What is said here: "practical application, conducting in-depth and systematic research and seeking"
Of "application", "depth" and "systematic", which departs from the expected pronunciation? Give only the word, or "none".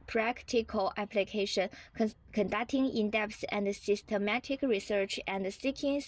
depth